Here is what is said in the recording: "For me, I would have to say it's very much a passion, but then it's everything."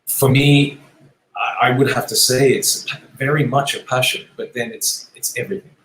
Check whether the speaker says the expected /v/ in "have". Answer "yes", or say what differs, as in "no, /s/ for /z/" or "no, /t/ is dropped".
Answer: no, /f/ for /v/